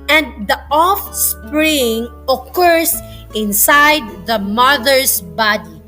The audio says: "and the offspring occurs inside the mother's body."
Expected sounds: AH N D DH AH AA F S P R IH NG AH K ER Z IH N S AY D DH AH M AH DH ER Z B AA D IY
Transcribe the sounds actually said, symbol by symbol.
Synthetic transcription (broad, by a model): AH N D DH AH AA F S P R IH NG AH K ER S IH N S AY D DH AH M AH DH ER S B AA D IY